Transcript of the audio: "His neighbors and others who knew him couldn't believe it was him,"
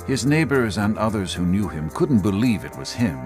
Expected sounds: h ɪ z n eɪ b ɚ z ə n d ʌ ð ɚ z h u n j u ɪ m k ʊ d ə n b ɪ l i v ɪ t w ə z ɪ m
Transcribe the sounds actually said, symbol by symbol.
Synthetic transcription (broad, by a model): h ɪ z n eɪ b ɚ z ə n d ʌ ð ɚ z h u n j u ɪ m k ʊ d n b ɪ l i v ɪ t w ə z ɪ m